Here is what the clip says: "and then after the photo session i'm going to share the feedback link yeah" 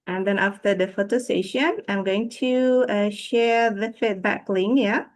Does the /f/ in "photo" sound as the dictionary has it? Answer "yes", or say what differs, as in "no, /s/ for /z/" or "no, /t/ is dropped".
yes